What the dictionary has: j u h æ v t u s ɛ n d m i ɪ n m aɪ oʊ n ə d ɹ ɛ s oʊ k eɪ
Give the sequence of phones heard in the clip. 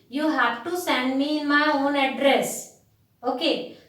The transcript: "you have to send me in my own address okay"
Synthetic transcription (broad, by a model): j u h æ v t u s ɛ n d m i ɪ n m aɪ oʊ n ə d ɹ ɛ s oʊ k eɪ